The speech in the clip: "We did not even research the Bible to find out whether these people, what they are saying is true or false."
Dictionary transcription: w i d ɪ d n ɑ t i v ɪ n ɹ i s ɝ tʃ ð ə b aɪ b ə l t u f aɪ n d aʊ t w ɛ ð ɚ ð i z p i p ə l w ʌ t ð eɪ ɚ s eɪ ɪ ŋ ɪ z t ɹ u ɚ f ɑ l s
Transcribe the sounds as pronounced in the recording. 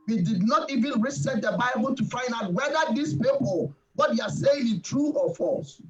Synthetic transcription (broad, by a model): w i d ɪ d n ɑ t i v ɪ n ɹ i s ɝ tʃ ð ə b aɪ b ə l t u f aɪ n d aʊ t w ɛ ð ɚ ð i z p i p ə l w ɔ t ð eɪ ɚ s eɪ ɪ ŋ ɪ t ɹ u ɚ f ɑ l s